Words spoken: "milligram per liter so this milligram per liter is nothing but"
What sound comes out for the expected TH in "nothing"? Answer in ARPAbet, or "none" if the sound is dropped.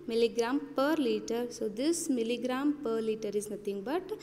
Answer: T